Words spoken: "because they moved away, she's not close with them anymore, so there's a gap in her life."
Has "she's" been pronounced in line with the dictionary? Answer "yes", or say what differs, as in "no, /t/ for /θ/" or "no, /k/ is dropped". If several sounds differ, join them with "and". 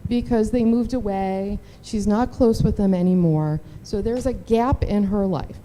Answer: yes